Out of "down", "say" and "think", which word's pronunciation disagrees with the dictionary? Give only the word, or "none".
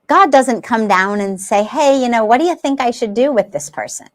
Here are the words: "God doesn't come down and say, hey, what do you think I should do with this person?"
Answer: none